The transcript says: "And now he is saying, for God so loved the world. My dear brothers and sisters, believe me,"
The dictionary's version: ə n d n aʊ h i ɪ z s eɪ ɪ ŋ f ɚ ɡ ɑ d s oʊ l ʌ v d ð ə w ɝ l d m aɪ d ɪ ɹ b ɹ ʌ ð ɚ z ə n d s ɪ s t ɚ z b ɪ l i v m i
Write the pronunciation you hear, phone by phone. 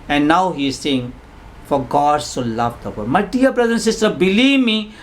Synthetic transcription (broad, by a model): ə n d n aʊ h i ɪ z s eɪ ɪ ŋ f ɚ ɡ ɑ d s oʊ l ʌ v d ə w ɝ d m aɪ d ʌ ɹ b ɹ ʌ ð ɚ ə n s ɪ s t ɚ b ɪ l i v m i